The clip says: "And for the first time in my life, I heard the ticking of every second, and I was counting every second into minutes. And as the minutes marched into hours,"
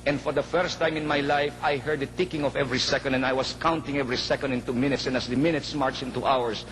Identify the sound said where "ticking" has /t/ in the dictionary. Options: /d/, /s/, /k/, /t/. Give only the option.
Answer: /t/